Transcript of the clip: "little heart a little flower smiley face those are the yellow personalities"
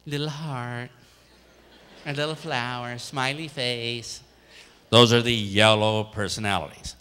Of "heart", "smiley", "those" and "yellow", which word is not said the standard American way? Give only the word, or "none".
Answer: none